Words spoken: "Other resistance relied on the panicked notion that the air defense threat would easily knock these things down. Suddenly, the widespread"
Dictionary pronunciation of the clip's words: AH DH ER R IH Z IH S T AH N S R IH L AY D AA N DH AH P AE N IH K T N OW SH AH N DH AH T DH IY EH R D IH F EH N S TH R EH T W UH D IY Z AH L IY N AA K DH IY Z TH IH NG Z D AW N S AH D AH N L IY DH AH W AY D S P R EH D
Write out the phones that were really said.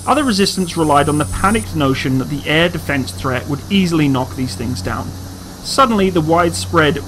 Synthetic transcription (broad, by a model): AH DH ER R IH Z IH S T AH N S R IH L AY D N DH AH P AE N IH K N OW SH AH N DH AH T DH IY EH R D IH F EH N S TH R EH T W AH D IY Z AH L IY N AA K DH IY Z TH IH NG Z D AW N S AH D N L IY DH AH W AY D S P R EH D